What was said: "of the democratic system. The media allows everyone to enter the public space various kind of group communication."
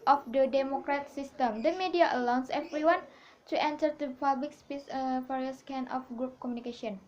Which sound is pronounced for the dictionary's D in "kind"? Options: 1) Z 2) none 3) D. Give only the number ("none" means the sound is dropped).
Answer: 2